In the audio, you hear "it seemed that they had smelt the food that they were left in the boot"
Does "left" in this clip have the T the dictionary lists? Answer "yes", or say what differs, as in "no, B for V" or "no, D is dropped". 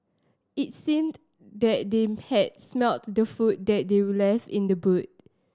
no, T is dropped